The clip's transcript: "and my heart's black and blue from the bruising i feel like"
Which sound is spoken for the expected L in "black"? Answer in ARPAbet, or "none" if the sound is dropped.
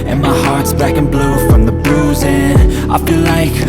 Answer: none